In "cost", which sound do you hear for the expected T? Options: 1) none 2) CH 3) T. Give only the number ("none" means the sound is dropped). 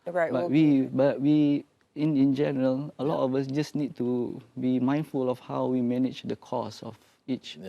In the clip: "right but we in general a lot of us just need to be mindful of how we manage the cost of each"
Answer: 1